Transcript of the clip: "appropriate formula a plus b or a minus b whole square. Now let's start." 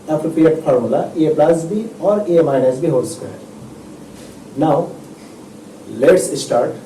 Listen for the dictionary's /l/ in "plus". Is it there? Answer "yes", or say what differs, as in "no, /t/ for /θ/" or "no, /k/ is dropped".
yes